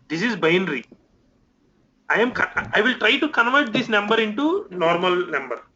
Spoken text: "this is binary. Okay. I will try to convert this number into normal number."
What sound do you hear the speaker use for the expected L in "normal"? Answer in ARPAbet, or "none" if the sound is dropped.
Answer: L